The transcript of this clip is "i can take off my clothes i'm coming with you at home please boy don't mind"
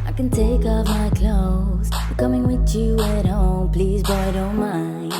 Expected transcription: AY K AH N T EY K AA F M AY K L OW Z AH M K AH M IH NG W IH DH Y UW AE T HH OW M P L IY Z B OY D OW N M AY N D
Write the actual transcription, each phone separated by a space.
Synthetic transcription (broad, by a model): AY K AH N T EY K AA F M AY K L OW AH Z K AH M IH NG W IH DH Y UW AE T HH OW M P L IY Z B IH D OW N M AY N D